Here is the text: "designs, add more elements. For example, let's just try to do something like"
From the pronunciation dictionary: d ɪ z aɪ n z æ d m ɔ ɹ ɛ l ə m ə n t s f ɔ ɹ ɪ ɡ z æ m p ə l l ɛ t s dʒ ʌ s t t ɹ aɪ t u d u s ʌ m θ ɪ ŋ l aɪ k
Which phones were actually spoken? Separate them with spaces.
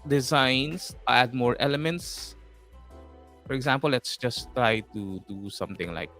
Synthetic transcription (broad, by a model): d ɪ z aɪ n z æ d m ɔ ɹ ɛ l ə m ə n t s f ɔ ɹ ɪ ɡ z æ m p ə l l ɛ t s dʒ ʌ s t t ɹ aɪ t u d u s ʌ m t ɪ ŋ l aɪ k